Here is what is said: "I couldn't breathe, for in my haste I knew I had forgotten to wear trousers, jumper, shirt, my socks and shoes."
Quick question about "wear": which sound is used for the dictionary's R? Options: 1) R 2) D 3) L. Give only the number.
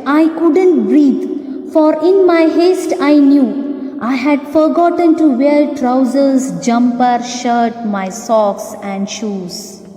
3